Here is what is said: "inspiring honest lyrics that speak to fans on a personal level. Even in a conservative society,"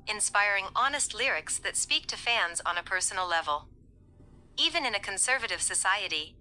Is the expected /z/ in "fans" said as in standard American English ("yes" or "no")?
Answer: yes